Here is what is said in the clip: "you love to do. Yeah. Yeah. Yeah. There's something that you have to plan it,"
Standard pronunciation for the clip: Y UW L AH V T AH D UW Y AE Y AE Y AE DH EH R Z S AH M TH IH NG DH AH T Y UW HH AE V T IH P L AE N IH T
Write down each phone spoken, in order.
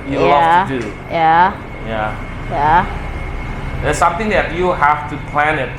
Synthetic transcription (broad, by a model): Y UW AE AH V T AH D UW Y AE Y AE Y AE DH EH S AH M TH IH NG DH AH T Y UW HH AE F T IH P L AE N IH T